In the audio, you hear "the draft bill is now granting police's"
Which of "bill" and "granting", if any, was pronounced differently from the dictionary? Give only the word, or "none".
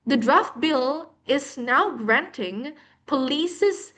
none